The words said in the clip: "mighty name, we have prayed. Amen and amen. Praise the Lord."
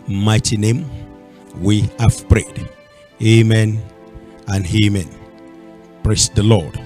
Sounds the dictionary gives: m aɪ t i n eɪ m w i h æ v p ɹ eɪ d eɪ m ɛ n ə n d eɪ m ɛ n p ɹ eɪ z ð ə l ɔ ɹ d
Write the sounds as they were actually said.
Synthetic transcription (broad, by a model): m aɪ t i n eɪ m w i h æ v p ɹ eɪ d eɪ m ɛ n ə n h eɪ m ɛ n p ɹ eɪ s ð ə l ɔ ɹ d